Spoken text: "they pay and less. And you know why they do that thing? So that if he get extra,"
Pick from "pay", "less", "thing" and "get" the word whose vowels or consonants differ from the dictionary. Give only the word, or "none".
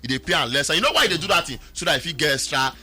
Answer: thing